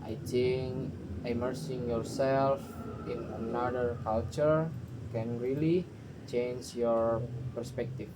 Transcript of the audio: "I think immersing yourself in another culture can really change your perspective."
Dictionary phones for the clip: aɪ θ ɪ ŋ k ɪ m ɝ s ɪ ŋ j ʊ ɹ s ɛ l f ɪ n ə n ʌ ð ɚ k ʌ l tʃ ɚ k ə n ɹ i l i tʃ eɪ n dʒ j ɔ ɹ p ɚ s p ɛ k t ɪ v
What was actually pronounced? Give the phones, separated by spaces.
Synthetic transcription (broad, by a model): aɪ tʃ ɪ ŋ ɪ m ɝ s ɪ ŋ j ʊ ɹ s ɛ l f ɪ n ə n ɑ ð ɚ k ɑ l tʃ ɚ k ə n ɹ i l i tʃ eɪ n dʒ j ɔ ɹ p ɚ s p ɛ k t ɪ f